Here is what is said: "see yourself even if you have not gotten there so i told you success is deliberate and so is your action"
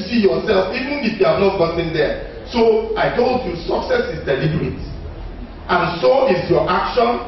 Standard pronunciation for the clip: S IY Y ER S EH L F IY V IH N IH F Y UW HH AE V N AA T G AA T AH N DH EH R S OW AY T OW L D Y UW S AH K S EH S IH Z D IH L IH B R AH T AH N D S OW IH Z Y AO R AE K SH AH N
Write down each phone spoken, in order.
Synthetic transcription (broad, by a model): S IY Y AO S EH L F IY V IH N IH F Y UW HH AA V N AA T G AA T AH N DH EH S OW AY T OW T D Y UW S AH K S EH S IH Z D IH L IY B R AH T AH N S OW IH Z Y AO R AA K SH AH N